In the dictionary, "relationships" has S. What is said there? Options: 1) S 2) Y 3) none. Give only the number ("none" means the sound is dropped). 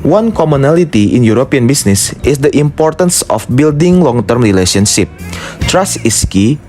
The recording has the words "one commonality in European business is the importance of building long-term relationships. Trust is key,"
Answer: 3